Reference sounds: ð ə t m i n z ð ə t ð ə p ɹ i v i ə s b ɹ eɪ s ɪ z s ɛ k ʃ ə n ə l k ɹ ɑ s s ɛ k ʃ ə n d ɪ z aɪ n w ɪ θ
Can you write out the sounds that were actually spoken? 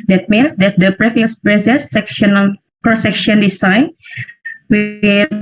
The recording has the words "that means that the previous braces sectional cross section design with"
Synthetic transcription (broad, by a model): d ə t m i n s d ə t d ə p ɹ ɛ f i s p ɹ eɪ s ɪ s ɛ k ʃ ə n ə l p ɹ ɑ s s ɛ k ʃ ə n d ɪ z aɪ n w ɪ